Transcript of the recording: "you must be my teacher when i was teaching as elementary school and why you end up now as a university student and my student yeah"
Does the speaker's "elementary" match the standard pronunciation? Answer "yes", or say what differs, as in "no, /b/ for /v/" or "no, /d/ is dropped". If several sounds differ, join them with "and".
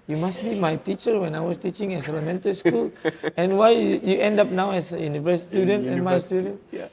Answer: no, /ɹ/ is dropped